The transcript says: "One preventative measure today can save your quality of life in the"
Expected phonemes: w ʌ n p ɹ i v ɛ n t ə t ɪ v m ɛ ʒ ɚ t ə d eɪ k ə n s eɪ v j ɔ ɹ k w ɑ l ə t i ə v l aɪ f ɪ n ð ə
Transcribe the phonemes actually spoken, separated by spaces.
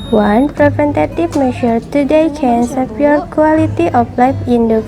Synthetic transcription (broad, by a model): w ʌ n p ɹ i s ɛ n t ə t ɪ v m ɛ ʃ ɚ t ə d eɪ k ə n s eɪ p j ɔ ɹ k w ɑ l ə t i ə f l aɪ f ɪ n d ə